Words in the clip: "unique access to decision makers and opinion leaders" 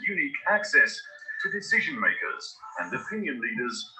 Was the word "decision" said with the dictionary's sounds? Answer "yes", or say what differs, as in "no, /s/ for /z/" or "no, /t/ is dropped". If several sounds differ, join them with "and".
yes